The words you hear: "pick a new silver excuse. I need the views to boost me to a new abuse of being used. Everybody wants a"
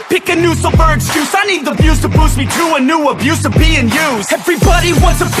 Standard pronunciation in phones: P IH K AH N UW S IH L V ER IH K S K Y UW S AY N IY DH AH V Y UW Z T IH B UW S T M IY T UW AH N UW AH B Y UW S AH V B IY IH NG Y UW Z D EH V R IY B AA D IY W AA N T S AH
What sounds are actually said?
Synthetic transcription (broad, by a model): P IH K AH N UW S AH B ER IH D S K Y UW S AY N IY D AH B Y UW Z T IH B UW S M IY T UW AH N UW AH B Y UW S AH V B IY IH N Y UW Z EH V R IY B AA D IY W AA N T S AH